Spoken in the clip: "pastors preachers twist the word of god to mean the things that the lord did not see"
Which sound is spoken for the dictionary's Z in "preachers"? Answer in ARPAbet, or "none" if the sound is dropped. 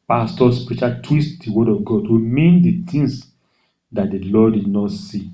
none